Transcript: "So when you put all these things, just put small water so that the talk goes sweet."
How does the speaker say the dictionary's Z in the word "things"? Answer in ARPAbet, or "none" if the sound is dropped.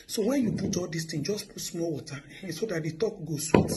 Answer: none